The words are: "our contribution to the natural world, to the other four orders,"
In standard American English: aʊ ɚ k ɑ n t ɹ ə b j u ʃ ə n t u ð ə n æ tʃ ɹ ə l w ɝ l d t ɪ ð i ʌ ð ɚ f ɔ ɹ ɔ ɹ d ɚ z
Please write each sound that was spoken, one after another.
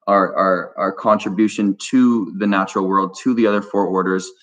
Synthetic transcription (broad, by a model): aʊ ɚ k ɑ n t ɹ ə b j u ʃ ə n t u ð ə n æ tʃ ɹ l w ɝ l d t ɪ ð i ʌ ð ɚ f ɔ ɹ ɔ ɹ d ɚ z